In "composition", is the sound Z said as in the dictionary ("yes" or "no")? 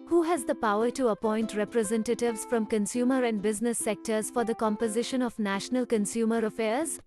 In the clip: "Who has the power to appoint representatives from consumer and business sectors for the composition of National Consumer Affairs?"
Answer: yes